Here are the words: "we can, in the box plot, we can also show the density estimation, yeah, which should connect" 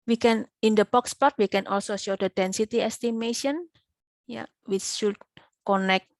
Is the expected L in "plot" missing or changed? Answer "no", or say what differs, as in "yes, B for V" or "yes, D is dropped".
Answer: yes, L is dropped